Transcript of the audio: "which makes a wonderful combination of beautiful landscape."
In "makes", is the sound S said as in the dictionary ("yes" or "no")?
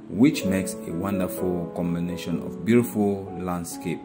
yes